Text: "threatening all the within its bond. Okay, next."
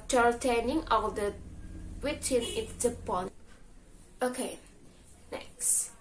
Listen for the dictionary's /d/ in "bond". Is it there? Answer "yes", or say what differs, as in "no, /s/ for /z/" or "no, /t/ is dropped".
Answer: no, /d/ is dropped